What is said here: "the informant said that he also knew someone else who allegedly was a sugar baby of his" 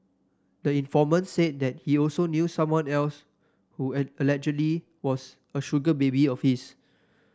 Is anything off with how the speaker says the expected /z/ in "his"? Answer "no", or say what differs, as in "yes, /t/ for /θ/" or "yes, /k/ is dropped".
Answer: yes, /s/ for /z/